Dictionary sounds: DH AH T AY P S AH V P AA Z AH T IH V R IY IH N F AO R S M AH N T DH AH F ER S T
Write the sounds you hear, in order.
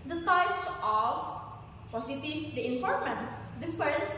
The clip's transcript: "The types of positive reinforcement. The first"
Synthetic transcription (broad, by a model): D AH T AY P S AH F P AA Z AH T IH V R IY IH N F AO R M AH N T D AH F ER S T